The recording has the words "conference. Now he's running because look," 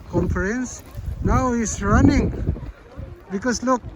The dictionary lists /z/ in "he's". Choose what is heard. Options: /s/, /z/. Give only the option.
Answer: /s/